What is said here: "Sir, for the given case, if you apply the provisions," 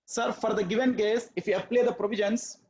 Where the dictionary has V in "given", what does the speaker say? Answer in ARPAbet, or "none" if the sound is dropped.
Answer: V